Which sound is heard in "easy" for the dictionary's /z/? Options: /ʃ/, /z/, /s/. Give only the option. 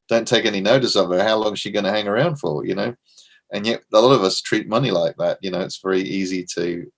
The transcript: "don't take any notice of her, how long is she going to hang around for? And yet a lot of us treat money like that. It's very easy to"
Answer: /z/